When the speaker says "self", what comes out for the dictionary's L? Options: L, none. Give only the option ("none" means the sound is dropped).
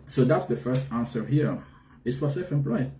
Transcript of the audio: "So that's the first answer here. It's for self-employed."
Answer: none